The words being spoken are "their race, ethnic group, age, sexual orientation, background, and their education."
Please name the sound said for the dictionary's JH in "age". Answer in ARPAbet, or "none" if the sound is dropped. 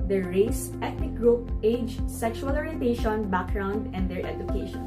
JH